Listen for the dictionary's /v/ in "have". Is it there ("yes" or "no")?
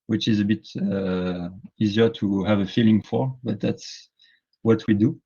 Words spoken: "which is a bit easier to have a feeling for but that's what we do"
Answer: yes